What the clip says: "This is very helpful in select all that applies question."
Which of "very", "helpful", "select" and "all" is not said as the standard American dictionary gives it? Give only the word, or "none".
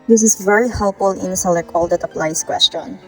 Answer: select